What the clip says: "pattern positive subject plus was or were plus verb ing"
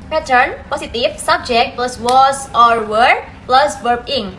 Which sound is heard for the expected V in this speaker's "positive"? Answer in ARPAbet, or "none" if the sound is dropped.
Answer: F